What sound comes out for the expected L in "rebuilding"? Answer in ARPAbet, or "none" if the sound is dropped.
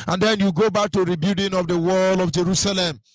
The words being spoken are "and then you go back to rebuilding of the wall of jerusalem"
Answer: none